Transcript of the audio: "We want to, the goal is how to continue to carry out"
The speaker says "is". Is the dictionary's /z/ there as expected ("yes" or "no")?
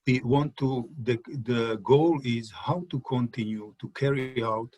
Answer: yes